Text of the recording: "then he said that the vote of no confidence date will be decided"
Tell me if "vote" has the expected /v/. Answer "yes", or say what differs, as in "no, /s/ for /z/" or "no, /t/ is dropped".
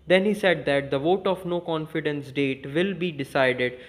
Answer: yes